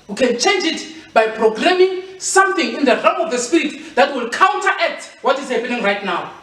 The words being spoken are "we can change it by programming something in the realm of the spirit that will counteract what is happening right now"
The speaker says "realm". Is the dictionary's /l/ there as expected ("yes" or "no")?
no